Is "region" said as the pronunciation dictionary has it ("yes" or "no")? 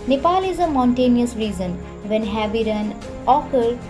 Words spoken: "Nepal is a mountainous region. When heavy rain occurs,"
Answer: no